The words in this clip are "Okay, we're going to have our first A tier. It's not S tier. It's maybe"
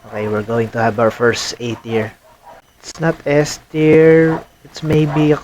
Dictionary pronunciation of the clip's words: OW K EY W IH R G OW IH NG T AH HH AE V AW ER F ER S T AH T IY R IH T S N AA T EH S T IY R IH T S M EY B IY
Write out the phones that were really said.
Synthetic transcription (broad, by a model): OW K EY W IH R G OW IH NG T AH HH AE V AW ER F ER S T AH T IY R IH T S N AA T EH S T IY R IH T S M EY B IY